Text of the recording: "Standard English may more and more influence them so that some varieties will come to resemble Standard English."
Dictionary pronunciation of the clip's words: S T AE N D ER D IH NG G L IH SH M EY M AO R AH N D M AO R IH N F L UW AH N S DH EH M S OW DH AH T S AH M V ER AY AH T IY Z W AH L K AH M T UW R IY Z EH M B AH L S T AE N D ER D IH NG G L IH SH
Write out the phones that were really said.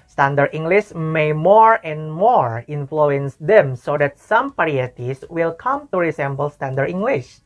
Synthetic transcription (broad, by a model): S T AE N D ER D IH NG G L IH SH M EY M AO R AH N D M AO R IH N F L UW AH N S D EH M S OW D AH T S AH M P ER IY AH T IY S W AH L K AH M T UW R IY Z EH M B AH L S T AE N D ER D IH NG G L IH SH